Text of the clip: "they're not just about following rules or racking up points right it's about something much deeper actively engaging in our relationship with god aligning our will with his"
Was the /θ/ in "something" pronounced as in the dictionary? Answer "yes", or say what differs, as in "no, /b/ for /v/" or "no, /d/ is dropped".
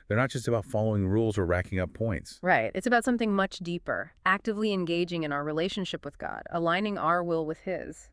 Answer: yes